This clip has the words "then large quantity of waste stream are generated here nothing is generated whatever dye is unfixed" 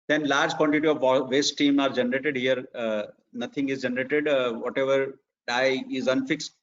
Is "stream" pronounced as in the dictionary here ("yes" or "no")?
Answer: no